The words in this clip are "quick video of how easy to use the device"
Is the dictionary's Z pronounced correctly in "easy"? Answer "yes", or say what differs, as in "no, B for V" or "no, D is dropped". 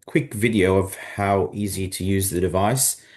yes